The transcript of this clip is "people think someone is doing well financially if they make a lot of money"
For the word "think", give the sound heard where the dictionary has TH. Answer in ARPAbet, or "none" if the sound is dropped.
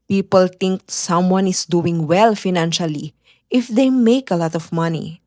T